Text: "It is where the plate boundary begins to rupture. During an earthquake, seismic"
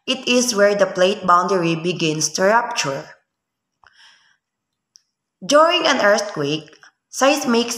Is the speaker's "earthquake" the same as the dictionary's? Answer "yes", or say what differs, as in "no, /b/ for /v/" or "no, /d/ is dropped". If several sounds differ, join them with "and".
no, /t/ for /θ/